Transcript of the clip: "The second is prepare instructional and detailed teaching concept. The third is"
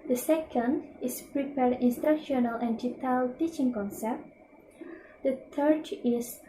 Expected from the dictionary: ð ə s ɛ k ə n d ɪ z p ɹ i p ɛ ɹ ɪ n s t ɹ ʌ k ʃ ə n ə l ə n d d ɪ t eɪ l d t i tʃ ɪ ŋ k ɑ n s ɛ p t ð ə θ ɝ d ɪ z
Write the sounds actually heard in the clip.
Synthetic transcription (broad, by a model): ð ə s ɛ k ə n d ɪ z p ɹ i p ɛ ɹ ɪ n s t ɹ ʌ k ʃ ə n ə l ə n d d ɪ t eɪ l t i tʃ ɪ ŋ k ɑ n s ɛ p t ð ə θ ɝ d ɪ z